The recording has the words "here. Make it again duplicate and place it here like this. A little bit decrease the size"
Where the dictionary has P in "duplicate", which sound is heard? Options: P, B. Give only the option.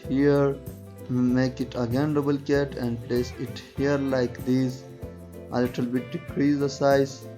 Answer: B